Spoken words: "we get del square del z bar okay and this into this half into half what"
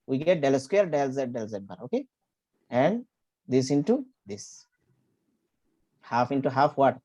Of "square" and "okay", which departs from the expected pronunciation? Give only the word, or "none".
square